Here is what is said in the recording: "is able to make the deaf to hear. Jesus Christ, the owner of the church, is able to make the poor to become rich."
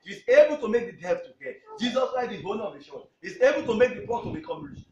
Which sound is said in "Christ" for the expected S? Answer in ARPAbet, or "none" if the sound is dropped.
none